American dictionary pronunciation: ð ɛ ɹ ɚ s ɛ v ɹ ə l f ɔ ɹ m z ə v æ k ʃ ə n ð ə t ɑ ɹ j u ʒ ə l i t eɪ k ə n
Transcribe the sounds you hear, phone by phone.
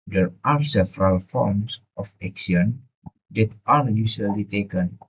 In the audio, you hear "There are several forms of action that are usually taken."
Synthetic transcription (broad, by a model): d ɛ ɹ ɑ s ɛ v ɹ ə l f ɔ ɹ m s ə f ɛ k s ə n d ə t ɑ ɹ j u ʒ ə l i t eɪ k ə n